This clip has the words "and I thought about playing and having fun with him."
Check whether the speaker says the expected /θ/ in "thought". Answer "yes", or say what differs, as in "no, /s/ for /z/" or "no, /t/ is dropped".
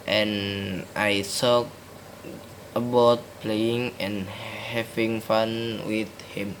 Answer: no, /s/ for /θ/